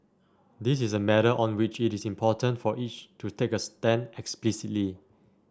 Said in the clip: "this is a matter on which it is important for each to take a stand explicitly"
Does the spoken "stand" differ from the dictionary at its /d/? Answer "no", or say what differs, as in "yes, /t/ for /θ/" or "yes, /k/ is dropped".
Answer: yes, /d/ is dropped